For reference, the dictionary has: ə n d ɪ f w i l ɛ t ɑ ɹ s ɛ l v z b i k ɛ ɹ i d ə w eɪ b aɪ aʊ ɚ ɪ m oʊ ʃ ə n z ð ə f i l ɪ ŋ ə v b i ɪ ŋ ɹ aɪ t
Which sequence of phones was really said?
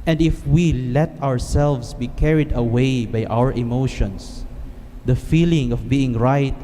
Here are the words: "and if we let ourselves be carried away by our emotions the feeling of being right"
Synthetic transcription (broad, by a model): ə n d ɪ f w i l ɛ t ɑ ɹ s ɛ l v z b i k ɛ ɹ i d ə w eɪ b aɪ aʊ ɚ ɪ m oʊ ʃ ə n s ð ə f i l ɪ ŋ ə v b i ɪ ŋ ɹ aɪ t